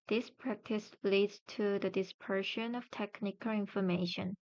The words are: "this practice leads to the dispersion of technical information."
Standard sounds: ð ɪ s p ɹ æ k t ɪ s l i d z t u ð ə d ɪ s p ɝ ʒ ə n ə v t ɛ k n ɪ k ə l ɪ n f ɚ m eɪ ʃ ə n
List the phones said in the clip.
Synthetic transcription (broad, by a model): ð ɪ s p ɹ æ k t ɪ s l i d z t u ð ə d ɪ s p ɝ ʃ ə n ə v t ɛ k n ɪ k ə l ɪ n f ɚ m eɪ ʃ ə n